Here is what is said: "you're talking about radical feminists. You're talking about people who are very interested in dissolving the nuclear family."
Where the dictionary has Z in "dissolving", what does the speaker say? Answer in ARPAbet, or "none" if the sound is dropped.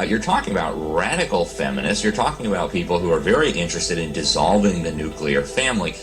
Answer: Z